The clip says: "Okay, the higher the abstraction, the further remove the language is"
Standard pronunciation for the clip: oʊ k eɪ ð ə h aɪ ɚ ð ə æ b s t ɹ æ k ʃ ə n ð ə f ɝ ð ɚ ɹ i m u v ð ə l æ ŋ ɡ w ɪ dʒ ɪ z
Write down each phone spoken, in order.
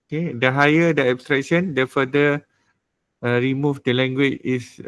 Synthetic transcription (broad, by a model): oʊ k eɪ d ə h aɪ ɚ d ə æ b s t ɹ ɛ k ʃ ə n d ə f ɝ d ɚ ɹ i m u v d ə l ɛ ŋ ɡ w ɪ tʃ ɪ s